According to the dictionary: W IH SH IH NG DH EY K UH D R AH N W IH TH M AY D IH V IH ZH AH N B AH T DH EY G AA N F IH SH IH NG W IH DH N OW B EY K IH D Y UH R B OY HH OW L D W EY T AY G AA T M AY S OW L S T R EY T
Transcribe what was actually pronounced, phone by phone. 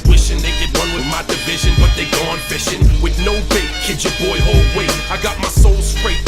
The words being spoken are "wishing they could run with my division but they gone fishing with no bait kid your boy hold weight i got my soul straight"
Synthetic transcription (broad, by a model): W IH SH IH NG DH EY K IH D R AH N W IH M AY D IH V IH ZH AH N B AH T DH EY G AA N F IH SH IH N W IH DH N OW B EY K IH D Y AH R B OY HH OW L D W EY AY G AA T M AY S OW L S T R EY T